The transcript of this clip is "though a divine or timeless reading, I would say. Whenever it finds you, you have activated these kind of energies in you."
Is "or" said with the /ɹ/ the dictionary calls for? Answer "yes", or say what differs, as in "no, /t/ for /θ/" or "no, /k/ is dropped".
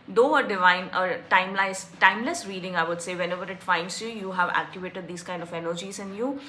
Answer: no, /l/ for /ɹ/